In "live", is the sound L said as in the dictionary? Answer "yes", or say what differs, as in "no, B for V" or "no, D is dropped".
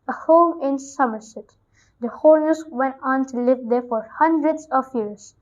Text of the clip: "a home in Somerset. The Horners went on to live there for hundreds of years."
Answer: yes